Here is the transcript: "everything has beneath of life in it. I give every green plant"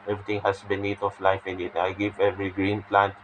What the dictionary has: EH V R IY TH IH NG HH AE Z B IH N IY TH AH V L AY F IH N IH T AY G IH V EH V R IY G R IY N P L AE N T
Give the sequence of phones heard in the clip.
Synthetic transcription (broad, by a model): EH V R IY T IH NG HH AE S B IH N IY T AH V L AY F IH N IH T AY G IH V EH V R IY G R IY N P L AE N T